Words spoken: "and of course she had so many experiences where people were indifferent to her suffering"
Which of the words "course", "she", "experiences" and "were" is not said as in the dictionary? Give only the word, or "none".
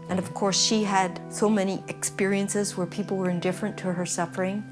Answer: none